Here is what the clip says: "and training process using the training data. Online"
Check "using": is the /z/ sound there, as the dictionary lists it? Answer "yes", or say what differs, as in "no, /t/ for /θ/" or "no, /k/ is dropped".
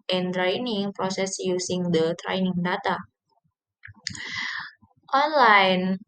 no, /s/ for /z/